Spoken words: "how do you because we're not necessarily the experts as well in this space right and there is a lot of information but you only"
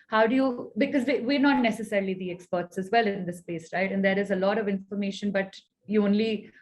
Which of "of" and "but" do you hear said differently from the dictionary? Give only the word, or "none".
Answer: none